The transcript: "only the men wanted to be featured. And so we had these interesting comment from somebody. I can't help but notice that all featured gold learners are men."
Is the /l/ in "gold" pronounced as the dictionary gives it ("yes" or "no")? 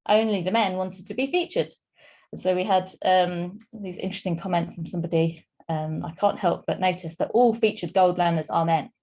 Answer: yes